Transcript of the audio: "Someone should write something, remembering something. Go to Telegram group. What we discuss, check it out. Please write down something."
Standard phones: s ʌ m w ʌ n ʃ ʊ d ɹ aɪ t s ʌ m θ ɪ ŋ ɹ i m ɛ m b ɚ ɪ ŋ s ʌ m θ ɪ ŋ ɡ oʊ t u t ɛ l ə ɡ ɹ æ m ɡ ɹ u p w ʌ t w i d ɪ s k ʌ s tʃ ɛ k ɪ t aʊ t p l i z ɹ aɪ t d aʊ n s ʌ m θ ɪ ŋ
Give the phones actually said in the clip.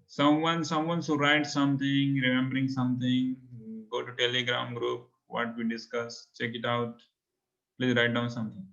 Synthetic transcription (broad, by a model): s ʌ m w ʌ n s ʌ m ɹ aɪ t s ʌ m t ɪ ŋ ɹ i m ɛ m b ɚ ɪ ŋ s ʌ m t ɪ ŋ ɡ oʊ t u t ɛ l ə ɡ ɹ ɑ m ɡ ɹ u p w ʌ t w i d ɪ s k ʌ s tʃ ɛ k ɪ t aʊ t p l i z ɹ aɪ t d aʊ n s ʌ m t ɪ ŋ